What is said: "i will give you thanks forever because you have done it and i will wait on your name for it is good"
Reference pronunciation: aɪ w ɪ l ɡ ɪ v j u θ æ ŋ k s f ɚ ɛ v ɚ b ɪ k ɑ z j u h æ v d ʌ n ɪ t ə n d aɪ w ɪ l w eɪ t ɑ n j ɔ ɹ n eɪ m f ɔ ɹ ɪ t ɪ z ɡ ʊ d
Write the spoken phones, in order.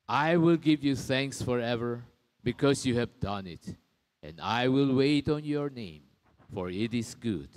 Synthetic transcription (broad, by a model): aɪ w ɪ l ɡ ɪ v j u θ æ ŋ k s f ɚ ɛ v ɚ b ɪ k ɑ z j u h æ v d ʌ n ɪ t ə n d aɪ w ɪ l w eɪ t ɑ n j ɔ ɹ n eɪ m f ɔ ɹ ɪ t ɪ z ɡ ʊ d